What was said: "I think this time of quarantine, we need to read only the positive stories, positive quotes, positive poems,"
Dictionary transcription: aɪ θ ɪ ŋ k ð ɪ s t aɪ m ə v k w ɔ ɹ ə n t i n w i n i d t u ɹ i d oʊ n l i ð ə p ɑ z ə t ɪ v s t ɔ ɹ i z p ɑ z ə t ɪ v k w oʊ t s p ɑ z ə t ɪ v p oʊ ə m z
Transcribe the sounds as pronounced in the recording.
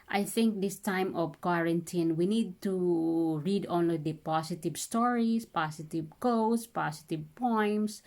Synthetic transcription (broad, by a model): aɪ θ ɪ ŋ k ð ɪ s t aɪ m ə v k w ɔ ɹ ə n t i n w i n i d t u ɹ i d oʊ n l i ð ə p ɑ s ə t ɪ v s t ɔ ɹ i s p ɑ s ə t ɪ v k oʊ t s p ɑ s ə t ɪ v p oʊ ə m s